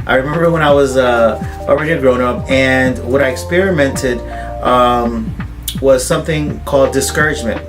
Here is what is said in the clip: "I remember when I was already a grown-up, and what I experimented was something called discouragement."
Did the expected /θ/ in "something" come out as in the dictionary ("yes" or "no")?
yes